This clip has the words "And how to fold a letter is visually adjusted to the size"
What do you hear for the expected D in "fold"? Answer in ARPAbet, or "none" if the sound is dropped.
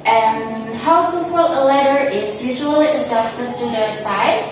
none